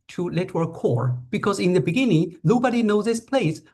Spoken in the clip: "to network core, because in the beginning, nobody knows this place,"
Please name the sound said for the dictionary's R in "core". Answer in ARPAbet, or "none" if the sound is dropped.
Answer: R